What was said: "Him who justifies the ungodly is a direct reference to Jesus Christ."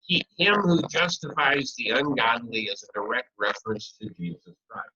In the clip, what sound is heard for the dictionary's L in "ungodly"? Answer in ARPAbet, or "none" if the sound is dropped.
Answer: N